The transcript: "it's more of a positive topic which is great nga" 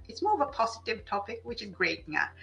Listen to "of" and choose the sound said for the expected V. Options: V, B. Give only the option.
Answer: V